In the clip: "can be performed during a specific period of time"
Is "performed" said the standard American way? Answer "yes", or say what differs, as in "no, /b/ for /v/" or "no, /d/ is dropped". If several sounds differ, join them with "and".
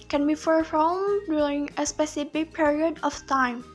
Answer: no, /f/ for /p/